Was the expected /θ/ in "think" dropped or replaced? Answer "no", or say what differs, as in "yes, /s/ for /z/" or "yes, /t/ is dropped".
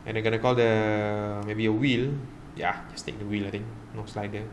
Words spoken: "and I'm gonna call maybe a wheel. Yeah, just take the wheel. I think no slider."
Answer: yes, /t/ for /θ/